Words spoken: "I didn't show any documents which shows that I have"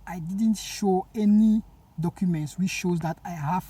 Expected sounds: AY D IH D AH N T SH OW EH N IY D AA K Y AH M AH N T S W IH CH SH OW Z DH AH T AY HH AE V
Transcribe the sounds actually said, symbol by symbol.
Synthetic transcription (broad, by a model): AY D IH D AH N T SH OW EH N IY D AA K Y AH M AH N T S W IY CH SH OW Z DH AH T AY HH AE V